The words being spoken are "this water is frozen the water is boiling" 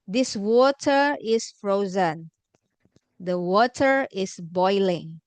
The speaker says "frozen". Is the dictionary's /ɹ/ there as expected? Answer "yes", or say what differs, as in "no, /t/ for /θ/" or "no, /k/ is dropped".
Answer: yes